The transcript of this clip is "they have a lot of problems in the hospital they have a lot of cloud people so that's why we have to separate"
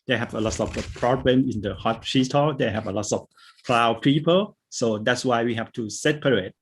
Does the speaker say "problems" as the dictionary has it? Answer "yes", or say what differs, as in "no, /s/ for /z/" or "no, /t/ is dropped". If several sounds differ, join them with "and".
no, /z/ is dropped